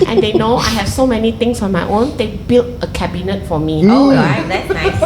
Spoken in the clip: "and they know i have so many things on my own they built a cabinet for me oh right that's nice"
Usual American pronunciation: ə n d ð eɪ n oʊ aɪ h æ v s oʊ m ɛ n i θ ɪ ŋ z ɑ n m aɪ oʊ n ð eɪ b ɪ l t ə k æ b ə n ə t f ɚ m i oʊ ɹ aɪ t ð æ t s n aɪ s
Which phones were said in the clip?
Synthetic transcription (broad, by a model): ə n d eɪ n oʊ aɪ h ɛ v s oʊ m ɛ n i t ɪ ŋ s ɑ n m aɪ oʊ n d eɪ b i l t ə k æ b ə n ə t f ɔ m i oʊ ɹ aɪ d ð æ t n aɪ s